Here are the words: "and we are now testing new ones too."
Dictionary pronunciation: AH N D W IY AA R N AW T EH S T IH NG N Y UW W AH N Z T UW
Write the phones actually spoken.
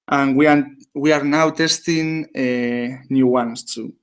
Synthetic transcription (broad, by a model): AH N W W IY AA R N AW T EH S T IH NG N Y UW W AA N S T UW